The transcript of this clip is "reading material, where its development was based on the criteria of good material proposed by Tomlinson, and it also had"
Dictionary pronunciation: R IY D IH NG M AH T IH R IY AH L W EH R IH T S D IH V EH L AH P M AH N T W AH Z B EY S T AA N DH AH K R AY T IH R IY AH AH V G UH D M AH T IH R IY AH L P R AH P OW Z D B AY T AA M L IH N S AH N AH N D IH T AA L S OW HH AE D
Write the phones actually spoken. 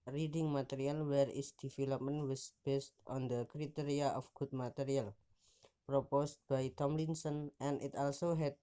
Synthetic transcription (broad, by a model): R IY D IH NG M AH T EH R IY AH L W EH R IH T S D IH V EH L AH P M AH N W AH S B EY S T AA N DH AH K R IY T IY R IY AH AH F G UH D M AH T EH R IY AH L P R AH P OW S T B AY T AA M L IH N S AH N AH N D IH T AA L S OW HH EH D